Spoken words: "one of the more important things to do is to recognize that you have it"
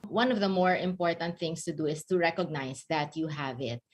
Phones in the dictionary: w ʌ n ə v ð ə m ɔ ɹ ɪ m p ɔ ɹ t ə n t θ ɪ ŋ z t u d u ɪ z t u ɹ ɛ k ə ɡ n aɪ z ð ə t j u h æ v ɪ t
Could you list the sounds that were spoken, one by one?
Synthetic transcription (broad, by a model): w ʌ n ə v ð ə m ɔ ɹ ɪ m p ɔ ɹ t ə n t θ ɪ ŋ s t u d u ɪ s t u ɹ ɛ k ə ɡ n aɪ s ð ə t j u h æ v ɪ t